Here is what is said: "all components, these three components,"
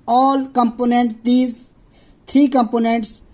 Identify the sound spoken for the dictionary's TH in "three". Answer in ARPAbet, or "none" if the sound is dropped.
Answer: T